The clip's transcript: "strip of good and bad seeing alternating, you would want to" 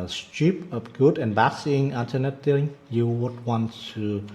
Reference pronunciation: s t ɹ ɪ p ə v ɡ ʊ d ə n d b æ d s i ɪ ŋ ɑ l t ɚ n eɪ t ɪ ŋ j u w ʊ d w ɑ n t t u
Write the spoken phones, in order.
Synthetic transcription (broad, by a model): s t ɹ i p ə p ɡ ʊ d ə n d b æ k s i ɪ ŋ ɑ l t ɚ n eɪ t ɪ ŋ j u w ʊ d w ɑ n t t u